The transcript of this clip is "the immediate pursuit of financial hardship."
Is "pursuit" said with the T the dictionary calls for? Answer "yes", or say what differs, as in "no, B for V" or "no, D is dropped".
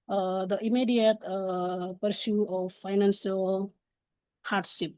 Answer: no, T is dropped